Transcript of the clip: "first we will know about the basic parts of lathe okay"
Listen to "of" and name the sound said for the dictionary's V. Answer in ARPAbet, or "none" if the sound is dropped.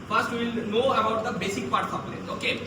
P